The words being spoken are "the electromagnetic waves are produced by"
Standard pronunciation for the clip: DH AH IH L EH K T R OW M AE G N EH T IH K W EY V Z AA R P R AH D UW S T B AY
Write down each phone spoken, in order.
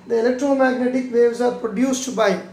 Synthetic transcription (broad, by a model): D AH IH L EH K T R OW M AE G N EH T IH K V EY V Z AA R P R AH D UW S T B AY